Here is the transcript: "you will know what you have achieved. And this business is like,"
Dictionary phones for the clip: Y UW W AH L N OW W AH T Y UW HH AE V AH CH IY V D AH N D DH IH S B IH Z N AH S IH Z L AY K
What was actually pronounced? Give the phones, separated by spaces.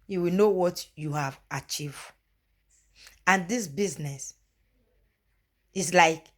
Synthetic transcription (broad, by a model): Y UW W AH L N OW W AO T Y UW HH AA V AH CH IY V D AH N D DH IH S B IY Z N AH S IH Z L AY K